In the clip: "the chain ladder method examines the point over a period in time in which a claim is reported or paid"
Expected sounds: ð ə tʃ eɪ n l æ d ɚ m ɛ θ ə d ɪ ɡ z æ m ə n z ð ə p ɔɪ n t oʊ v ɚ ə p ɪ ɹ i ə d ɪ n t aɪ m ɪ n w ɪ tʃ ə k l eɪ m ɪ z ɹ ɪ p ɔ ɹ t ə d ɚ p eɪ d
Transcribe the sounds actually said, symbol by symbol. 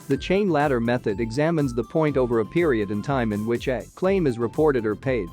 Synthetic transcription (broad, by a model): ð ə tʃ eɪ n l æ d ɚ m ɛ θ ə d ɪ ɡ z æ m ə n z ð ə p ɔɪ n t oʊ v ɚ ə p ɪ ɹ i ə d ɪ n t aɪ m ɪ n w ɪ tʃ ə k l eɪ m ɪ z ɹ ɪ p ɔ ɹ t ə d ɚ p eɪ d